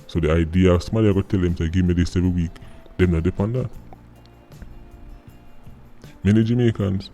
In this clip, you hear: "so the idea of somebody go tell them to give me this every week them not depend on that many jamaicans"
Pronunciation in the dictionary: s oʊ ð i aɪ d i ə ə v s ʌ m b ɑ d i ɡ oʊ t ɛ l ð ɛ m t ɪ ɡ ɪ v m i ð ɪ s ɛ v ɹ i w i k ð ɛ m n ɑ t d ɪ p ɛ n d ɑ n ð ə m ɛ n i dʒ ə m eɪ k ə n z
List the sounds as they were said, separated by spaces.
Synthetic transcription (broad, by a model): s oʊ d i aɪ d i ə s m ɑ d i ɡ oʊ t ɛ l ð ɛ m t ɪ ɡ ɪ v m i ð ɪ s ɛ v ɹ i w i k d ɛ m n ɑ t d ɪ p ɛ n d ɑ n m ɛ n i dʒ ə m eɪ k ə n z